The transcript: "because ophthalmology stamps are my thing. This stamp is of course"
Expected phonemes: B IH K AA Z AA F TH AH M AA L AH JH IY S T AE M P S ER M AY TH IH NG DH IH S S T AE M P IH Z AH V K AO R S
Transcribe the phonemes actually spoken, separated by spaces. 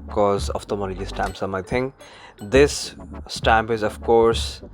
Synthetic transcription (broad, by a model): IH K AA Z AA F T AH M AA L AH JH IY S T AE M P S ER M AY T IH NG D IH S S T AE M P IH Z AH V K AO R S